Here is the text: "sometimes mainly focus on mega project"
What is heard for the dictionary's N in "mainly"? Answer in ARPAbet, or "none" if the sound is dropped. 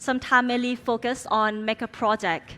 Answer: none